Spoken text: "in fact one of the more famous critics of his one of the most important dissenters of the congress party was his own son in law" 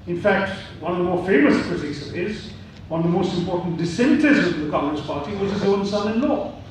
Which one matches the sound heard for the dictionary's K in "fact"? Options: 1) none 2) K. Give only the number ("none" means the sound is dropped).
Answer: 2